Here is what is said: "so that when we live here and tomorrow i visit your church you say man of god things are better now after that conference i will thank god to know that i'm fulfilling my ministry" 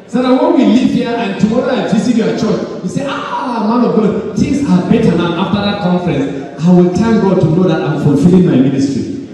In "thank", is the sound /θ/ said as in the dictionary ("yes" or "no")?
no